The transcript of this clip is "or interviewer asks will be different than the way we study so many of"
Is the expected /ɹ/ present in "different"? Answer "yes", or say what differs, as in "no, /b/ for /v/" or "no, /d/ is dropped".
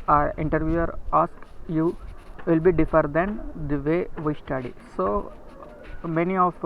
no, /ɹ/ is dropped